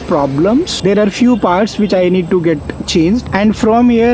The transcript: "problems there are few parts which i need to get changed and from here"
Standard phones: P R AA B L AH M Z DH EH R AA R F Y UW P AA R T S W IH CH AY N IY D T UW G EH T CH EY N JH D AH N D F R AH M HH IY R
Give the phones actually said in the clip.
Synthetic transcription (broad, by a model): P R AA B L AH M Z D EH R AA R F Y UW P AA R T S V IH CH AY N IY D T UW G EH T CH EY N JH D AH N D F R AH M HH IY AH